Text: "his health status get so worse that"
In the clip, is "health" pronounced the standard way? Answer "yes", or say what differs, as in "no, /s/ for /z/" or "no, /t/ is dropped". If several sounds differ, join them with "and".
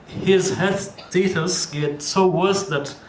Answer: no, /l/ is dropped